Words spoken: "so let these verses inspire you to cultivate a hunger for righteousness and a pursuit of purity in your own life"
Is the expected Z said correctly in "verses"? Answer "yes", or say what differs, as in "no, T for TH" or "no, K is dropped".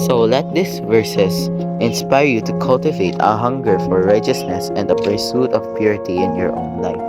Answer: no, S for Z